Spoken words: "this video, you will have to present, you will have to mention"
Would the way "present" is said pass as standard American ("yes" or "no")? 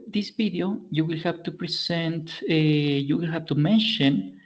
no